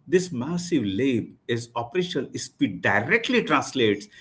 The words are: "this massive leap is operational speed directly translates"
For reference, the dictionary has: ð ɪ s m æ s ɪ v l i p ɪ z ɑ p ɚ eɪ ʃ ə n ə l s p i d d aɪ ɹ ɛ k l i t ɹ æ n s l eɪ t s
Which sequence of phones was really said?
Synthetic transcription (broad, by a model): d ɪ s m æ s ɪ v l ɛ b ɪ z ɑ p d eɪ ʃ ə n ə l s p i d d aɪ ɹ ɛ k l i t ɹ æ n s l eɪ t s